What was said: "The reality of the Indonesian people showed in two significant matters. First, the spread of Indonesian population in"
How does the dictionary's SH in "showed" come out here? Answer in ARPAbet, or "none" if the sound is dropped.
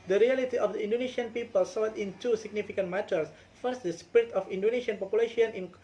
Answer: S